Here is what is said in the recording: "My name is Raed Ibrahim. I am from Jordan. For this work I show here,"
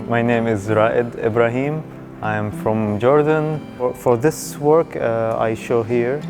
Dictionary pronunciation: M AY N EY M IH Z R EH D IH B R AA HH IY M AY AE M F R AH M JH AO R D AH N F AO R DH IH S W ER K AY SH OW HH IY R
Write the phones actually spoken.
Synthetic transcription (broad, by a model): M AY N EY M IH Z R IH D IH B R AA HH IY M AY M F R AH M JH AO R D AH N F AO R DH IH S W ER K AY SH OW HH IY R